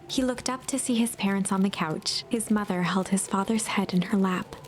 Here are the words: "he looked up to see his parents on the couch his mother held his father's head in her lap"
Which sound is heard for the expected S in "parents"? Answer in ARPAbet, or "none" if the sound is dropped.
S